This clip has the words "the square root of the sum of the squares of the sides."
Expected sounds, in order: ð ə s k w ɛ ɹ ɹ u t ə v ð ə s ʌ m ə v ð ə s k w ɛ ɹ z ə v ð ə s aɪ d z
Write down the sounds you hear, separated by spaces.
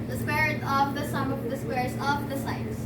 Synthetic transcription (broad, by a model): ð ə s w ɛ ɹ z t ə v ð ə s ʌ m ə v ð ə s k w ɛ ɹ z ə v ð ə s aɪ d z